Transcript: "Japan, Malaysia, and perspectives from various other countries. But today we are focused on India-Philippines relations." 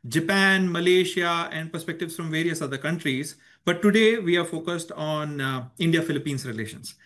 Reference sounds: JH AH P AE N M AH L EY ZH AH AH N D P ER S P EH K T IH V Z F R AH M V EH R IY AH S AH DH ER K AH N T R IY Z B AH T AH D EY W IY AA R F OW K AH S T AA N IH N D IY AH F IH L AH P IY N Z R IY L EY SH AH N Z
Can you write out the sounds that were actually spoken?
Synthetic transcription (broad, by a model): JH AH P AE N M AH L EY SH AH AH N D P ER S P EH K T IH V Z F R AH M V EH R IY AH S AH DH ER K AH N T R IY Z B AH T AH D EY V IY AA R F OW K AH S T AA N IH N D IY AH F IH L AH P IY N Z R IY L EY SH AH N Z